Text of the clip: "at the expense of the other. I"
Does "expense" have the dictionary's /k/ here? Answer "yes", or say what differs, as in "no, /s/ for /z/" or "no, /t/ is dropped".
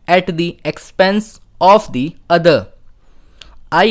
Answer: yes